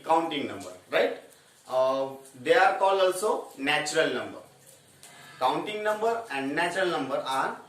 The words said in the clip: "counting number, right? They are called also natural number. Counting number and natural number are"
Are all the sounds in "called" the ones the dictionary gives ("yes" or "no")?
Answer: no